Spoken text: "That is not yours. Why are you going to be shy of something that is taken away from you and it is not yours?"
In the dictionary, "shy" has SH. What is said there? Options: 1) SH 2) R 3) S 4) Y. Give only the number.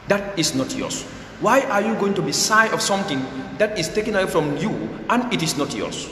3